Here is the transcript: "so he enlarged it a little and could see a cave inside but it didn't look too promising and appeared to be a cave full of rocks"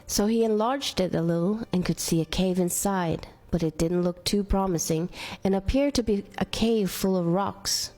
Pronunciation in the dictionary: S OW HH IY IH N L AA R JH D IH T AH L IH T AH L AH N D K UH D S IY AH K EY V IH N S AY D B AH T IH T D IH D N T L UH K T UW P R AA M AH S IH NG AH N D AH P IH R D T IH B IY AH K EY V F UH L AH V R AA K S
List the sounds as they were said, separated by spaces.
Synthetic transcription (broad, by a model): S OW IY IH N L AA R JH D IH T AH L IH T L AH N K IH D S IY AH K EY V IH N S AY D B AH T IH T D IH D N T L UH K T UW P R AA M AH S IH NG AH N AH P IH R D T IH B IY AH K EY V F UH L AH V R AA K S